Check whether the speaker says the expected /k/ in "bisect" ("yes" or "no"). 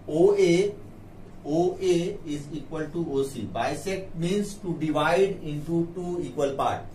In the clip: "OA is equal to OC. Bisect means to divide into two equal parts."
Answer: no